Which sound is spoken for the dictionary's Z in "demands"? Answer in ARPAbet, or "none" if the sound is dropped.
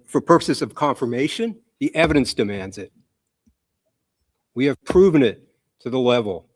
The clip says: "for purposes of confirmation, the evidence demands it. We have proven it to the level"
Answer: Z